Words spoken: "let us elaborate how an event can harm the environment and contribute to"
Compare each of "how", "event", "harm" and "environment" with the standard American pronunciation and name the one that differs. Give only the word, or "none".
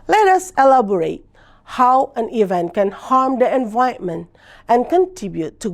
environment